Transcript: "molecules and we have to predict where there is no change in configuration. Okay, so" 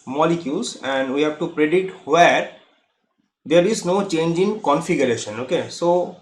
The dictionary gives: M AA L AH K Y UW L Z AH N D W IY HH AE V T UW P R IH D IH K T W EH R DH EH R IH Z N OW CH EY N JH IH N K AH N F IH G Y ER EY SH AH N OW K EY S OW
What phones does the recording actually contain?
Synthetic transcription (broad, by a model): M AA L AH K Y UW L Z AH N D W IY HH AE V T UW P R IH D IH T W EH R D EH R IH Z N OW CH EY N JH IH N K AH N F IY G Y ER EY SH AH N OW K EY S OW